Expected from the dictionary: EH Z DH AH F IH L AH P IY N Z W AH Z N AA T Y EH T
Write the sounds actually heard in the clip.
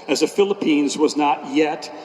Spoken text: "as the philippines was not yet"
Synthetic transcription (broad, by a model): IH Z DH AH F IH L AH P IY N Z W AH Z N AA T Y EH T